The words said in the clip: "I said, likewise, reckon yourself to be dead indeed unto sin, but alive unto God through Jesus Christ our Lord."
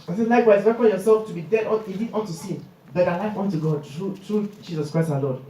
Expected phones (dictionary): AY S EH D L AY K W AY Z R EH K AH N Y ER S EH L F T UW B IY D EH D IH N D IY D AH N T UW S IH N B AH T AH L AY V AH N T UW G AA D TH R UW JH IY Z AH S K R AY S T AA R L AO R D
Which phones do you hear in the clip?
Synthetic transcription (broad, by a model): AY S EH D L AY K W AY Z W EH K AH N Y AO S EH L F T UW B IY D EH D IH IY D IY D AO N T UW S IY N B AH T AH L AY W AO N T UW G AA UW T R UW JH IY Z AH S K R AY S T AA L AO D